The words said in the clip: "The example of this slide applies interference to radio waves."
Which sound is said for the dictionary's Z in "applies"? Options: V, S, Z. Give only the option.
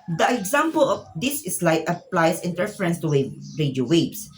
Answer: S